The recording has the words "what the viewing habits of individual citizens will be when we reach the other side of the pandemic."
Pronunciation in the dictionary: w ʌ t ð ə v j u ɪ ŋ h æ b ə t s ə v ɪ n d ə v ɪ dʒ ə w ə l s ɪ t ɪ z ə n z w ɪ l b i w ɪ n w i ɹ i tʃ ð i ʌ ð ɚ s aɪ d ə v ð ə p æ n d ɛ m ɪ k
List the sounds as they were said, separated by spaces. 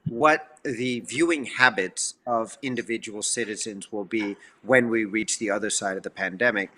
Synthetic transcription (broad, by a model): w ʌ t ð ə v j u ɪ ŋ h æ b ə t s ə v ɪ n d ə v ɪ dʒ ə w l s ɪ t ɪ z ə n z w ɪ l b i w ɪ n w i ɹ i tʃ ð i ʌ ð ɚ s aɪ d ə v ð ə p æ n d ɛ m ɪ k